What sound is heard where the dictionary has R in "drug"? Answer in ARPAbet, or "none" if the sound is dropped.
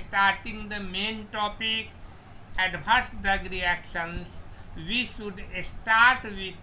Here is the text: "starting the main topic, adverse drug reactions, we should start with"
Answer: none